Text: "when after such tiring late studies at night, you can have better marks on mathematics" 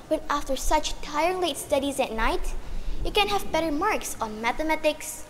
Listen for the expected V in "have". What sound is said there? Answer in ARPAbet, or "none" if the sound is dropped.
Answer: V